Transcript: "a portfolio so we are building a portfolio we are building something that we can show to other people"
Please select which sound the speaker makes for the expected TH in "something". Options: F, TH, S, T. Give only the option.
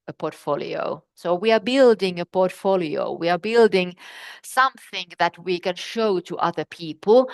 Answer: TH